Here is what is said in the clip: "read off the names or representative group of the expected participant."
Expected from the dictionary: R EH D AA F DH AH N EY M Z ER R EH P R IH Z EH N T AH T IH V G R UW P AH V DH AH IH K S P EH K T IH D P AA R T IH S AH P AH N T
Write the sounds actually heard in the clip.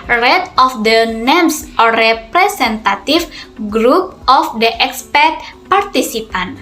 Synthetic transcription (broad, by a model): R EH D AA F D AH N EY M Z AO R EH P R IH S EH N T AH T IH F G R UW P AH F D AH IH K S P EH T P AA R T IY S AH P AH N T